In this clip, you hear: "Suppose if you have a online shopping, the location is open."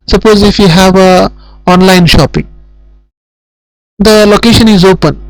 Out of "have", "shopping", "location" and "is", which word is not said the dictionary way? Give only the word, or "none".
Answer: none